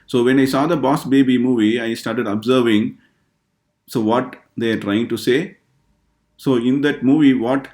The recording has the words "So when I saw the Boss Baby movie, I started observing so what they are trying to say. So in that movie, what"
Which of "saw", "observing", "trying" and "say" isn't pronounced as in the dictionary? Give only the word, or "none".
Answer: none